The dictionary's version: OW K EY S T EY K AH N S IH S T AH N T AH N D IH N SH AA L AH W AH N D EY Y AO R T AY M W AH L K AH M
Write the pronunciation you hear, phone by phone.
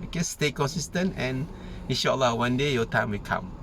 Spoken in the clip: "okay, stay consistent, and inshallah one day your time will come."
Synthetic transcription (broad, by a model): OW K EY S T EY K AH N S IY S T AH N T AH N IH N SH AA L AH W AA N D EY Y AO T AY M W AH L K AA M